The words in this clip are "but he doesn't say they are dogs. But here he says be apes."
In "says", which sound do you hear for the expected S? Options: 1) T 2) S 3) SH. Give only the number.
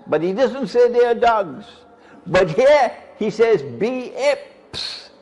2